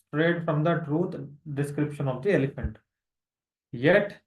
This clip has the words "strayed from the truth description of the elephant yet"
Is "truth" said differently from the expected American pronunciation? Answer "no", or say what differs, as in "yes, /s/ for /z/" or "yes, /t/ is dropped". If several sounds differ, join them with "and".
yes, /t/ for /θ/